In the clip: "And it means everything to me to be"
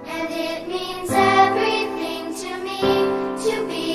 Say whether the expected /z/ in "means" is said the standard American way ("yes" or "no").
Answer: yes